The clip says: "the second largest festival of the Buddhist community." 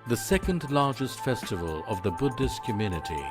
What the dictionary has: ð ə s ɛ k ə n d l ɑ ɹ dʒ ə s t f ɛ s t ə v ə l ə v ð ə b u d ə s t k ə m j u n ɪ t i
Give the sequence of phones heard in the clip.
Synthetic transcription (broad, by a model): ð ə s ɛ k ə n d l ɑ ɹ dʒ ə s t f ɛ s t ə v ə l ə v ð ə b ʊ d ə s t k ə m j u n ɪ t i